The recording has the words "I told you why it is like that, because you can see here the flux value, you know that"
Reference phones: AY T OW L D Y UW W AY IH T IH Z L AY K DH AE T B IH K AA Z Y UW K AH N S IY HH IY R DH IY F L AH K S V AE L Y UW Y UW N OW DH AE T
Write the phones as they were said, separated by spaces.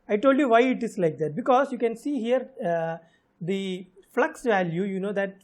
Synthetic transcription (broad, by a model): AY T OW L D Y UW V AY IH T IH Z L AY K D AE T B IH K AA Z Y UW K AH N S IY HH IY R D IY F L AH K S V AE L Y UW Y UW N OW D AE T